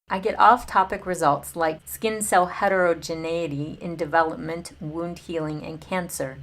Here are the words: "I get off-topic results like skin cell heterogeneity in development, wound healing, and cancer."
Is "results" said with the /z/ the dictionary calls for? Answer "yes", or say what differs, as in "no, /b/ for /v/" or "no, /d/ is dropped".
yes